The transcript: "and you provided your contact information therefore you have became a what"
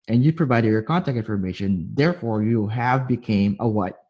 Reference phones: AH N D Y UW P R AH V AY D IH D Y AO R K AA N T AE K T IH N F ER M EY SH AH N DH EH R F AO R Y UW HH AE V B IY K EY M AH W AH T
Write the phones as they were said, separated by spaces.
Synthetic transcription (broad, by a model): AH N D Y UW P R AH V AY D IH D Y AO R K AA N T AE K T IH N F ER M EY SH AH N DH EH R F AO R Y UW HH AE V B IY K EY M AH W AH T